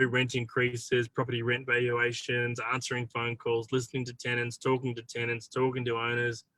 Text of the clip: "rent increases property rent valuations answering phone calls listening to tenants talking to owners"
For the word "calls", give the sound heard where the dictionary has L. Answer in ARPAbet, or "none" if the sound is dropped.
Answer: L